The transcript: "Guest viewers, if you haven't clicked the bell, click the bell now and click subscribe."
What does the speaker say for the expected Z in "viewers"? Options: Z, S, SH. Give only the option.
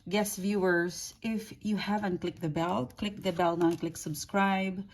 S